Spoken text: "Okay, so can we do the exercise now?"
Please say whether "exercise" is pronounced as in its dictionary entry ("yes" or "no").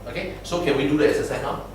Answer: no